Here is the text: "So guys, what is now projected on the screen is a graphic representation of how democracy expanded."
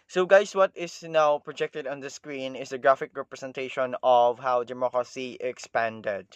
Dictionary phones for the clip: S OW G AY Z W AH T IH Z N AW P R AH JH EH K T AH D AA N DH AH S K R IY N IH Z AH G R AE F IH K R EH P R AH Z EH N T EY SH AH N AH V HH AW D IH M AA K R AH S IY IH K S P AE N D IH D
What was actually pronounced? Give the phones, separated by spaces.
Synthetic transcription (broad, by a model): S OW G AY S W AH T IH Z N AW P R AH JH EH K T AH D AA N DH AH S K R IY N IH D AH G R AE F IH K R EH P R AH S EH N T EY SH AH N AH V HH AW D IH M AA K R AH S IY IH K S P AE N D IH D